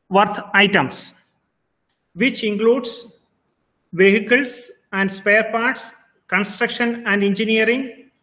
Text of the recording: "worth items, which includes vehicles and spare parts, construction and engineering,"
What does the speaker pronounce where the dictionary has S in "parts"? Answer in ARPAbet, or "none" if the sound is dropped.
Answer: S